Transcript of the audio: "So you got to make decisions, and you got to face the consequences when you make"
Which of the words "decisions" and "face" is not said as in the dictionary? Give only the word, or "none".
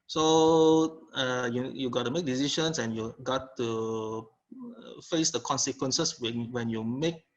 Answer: decisions